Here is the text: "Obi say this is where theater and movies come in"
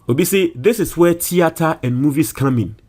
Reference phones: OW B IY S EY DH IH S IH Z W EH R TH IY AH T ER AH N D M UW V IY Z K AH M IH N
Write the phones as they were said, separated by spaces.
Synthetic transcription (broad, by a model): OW B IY S EY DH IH S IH S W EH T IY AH T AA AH N M UW V IY S K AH M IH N